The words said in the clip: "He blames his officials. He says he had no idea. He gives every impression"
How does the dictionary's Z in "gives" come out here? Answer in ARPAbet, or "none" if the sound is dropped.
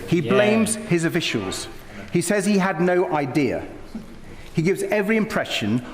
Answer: Z